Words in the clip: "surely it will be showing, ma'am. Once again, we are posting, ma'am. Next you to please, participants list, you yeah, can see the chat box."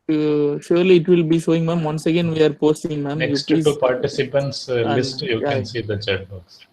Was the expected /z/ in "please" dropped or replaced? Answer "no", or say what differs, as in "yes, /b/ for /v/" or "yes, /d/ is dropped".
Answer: yes, /z/ is dropped